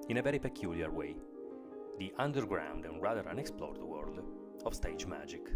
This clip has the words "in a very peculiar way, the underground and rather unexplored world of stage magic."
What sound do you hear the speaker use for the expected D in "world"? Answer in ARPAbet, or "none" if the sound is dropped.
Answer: D